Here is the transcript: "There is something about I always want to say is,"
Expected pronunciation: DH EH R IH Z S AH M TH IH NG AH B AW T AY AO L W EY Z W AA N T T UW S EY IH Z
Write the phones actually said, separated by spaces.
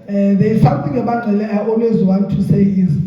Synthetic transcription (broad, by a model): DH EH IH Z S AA M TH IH NG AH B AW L AY AO L W EY Z W AA N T T UW S EY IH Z